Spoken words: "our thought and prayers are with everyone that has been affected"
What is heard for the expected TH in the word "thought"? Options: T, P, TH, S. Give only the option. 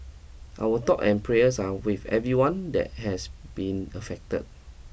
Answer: T